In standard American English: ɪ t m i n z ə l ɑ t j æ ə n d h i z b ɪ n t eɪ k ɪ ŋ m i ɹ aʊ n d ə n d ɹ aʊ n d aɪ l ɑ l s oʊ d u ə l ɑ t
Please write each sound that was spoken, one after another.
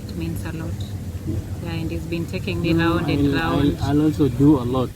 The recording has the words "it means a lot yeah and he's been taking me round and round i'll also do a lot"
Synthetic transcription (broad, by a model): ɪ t m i n s ə l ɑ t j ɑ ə n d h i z b ɪ n t eɪ k ɪ ŋ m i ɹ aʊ n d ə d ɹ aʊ aɪ l ɑ l s oʊ d u ə l ɑ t